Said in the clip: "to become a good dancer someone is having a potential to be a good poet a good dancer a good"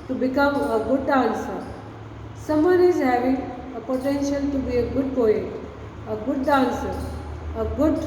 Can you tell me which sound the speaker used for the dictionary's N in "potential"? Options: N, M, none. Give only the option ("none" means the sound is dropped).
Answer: N